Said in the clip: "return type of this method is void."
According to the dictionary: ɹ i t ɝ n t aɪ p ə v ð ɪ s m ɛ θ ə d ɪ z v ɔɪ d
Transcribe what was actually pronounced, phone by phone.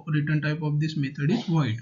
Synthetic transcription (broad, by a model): ɹ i t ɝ n t aɪ p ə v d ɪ s m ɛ t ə d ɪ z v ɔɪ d